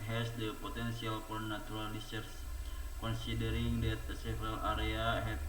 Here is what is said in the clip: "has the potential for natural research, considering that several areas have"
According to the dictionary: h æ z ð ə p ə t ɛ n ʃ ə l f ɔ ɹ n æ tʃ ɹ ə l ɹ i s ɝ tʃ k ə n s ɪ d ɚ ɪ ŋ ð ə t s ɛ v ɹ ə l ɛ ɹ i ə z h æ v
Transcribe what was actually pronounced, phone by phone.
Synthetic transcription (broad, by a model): h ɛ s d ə p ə t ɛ n s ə l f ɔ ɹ n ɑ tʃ ɹ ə l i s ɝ s k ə n s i d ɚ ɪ ŋ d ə t s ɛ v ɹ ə l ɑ ɹ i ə h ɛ